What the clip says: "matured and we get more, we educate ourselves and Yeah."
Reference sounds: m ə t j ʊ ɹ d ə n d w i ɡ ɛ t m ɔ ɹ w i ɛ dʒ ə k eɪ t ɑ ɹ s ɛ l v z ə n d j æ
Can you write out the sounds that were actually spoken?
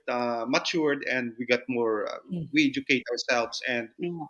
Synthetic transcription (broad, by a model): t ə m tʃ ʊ ɹ d ə n d w i ɡ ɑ t m ɔ ɹ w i ɛ dʒ ə k eɪ t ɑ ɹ s ɛ l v s ə n d